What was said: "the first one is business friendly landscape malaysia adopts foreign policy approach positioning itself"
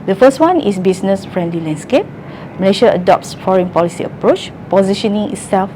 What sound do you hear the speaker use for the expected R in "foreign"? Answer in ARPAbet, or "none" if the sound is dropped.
R